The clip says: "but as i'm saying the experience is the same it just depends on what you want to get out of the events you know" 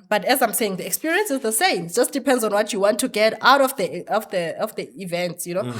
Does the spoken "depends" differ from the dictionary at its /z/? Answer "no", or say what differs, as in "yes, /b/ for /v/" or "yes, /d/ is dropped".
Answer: no